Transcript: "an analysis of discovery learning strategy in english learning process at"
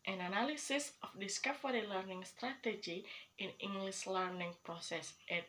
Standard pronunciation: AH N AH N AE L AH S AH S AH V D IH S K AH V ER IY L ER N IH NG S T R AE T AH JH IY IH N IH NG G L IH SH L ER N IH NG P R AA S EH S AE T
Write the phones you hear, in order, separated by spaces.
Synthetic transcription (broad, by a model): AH N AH N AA L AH S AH S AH F D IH S K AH F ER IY L ER N IH NG S T R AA T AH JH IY IH N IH NG G L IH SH L ER N IH NG P R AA S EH S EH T